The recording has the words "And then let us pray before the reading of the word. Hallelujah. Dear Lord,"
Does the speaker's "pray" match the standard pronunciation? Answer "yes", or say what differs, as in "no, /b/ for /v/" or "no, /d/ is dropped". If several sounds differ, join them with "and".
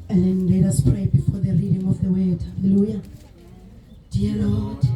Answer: yes